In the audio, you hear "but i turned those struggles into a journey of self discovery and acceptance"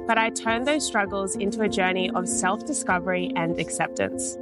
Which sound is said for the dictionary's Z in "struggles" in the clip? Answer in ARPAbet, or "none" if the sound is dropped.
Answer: Z